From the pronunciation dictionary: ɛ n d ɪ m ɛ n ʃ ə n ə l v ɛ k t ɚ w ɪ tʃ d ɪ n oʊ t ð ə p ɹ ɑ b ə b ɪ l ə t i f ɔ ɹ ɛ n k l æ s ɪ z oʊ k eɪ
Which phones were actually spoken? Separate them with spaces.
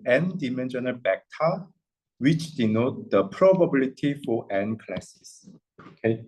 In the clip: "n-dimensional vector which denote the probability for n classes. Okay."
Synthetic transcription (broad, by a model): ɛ n d ɪ m ɛ n ʃ ə n ə l b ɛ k t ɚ w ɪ tʃ d ɪ n oʊ t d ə p ɹ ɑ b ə b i l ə t i f ɔ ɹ ɛ n k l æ s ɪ s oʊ k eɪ